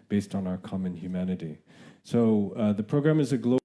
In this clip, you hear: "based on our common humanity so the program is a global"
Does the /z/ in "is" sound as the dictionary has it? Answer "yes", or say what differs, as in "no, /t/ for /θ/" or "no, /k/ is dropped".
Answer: yes